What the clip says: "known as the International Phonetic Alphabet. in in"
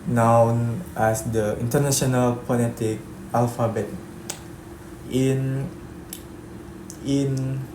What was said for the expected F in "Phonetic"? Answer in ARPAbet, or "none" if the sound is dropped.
P